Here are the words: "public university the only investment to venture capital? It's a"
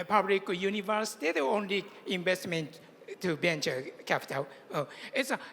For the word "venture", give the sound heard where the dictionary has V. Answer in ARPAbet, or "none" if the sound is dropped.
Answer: B